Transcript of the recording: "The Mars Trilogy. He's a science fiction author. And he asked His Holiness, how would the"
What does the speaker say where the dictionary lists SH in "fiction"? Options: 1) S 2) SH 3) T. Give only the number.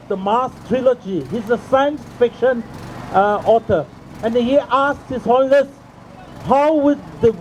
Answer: 2